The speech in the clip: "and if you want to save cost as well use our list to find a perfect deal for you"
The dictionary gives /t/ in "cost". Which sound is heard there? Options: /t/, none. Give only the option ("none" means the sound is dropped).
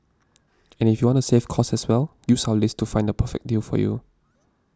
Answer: none